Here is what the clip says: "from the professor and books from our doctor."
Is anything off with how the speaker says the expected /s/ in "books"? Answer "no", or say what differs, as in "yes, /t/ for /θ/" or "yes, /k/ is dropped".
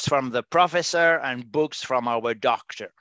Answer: no